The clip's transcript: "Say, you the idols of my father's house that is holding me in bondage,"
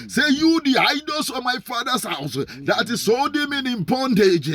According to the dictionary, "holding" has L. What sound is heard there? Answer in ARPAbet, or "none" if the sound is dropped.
none